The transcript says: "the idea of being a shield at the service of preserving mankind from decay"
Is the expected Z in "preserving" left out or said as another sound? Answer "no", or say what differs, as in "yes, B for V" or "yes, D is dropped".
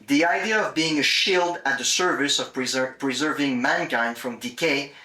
no